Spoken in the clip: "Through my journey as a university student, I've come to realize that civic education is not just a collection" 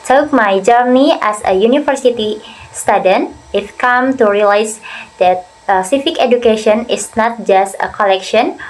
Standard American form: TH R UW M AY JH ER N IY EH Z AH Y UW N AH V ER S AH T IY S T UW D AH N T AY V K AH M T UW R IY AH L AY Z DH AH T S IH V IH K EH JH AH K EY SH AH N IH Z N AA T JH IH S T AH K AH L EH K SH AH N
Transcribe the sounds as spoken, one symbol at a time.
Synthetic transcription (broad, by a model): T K M AY JH ER N IY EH S AH Y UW N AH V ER S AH T IY S T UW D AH N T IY F K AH M T UW R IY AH L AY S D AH T S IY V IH K EH JH AH K EY SH AH N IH S N AA T JH IH S T AH K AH L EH K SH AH N